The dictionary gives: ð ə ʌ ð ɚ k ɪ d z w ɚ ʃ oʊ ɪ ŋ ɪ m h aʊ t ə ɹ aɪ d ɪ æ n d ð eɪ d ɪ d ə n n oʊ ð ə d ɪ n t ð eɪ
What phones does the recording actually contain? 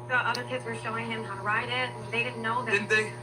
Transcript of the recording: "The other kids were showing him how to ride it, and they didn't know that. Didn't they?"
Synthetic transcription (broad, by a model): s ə ʌ ð ɚ k ɪ d z w ɚ ʃ oʊ ɪ ŋ ɪ m h aʊ t ə ɹ aɪ d ɪ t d ð eɪ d ɪ d n n oʊ ð ə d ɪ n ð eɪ